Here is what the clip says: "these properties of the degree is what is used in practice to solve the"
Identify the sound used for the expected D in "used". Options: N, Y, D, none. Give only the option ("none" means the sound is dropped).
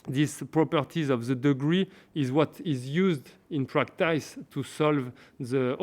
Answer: D